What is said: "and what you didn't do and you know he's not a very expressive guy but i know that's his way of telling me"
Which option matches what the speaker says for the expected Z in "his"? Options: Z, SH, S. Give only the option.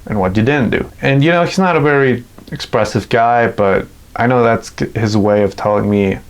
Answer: Z